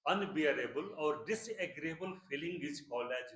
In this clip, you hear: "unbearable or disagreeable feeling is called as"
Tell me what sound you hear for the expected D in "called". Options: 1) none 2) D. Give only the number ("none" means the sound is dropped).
1